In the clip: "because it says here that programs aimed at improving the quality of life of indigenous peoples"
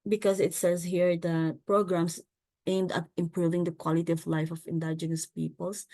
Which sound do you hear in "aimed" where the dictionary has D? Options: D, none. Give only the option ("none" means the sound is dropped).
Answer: D